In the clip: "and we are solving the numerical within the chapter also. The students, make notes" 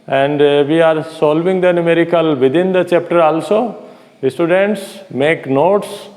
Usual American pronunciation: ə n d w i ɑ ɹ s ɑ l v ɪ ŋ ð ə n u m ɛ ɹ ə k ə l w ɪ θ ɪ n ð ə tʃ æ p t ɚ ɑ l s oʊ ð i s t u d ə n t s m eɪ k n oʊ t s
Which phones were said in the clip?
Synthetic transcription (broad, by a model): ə n d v i ɑ ɹ s ɑ l v ɪ ŋ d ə n u m ɛ ɹ ə k ə l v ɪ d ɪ n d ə tʃ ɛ p t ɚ ɑ l s oʊ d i s t u d ə n t s m eɪ k n oʊ t s